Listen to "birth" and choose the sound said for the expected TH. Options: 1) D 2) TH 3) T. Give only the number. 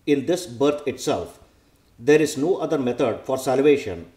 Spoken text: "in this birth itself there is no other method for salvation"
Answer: 3